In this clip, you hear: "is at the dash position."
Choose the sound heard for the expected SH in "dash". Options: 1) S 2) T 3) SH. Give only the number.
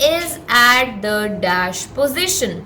3